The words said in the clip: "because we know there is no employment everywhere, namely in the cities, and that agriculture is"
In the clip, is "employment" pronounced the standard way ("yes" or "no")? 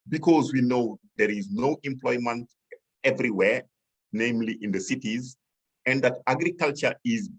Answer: yes